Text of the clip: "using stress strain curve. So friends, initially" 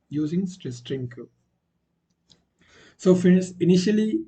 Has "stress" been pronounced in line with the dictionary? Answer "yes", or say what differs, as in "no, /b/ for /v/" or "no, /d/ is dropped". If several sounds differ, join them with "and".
no, /ɹ/ is dropped